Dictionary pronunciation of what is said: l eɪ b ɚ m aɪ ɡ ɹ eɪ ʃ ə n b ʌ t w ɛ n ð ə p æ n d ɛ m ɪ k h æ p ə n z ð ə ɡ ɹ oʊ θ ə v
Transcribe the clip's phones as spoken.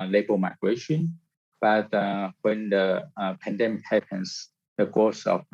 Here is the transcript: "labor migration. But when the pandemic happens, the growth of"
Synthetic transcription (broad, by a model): l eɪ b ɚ m aɪ ɡ ɹ eɪ ʃ ə n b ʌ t w ɛ n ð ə p æ n d ɛ m ɪ k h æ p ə n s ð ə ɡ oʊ s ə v